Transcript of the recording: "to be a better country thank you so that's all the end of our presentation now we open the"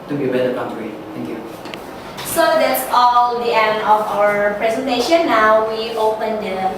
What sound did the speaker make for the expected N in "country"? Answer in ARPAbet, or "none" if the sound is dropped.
none